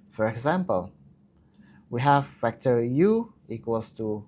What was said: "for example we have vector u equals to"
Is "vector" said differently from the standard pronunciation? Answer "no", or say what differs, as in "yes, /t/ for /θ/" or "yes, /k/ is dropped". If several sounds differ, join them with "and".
yes, /f/ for /v/